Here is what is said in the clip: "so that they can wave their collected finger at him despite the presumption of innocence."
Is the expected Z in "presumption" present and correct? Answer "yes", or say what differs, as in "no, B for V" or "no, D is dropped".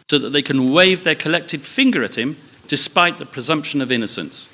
yes